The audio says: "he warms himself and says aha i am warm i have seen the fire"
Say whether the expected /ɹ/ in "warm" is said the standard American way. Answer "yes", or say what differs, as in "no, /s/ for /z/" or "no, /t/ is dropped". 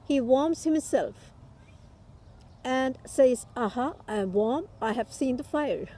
yes